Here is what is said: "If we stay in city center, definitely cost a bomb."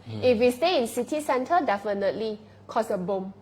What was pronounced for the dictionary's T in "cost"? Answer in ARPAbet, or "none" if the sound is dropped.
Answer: none